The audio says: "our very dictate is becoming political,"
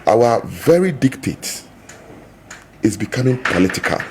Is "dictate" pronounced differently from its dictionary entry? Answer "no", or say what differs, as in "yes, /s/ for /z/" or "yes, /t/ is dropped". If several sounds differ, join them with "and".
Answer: no